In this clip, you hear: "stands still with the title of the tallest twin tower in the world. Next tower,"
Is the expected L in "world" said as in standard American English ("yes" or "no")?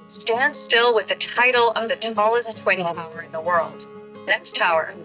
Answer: yes